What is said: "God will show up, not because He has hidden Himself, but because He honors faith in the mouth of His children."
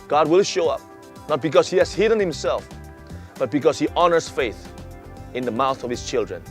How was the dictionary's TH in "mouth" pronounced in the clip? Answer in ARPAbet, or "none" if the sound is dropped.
TH